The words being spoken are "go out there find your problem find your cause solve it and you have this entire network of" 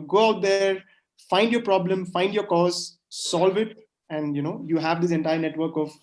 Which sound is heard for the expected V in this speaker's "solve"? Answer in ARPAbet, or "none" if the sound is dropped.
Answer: V